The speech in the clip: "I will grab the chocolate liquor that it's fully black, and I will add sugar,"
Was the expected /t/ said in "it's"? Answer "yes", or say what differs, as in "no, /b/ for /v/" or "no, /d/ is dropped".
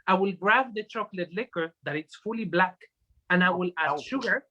yes